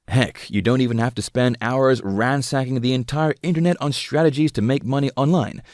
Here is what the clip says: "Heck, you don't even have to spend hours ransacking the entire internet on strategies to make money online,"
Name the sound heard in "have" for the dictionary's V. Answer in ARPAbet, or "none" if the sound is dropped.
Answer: F